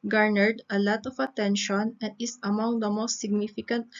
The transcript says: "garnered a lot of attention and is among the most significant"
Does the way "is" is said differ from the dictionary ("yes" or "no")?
yes